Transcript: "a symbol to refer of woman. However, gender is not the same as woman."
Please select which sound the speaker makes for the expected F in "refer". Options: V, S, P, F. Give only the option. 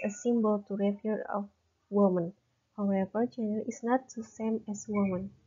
P